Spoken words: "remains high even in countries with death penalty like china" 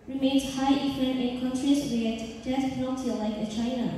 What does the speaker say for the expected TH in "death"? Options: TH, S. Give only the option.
S